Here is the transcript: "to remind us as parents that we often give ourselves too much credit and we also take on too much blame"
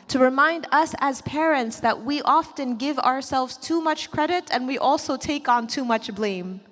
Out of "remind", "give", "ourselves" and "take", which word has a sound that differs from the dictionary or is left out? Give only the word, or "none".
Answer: none